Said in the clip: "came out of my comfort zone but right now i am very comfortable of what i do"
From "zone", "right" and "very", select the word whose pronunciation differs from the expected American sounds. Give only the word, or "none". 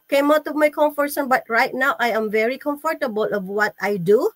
zone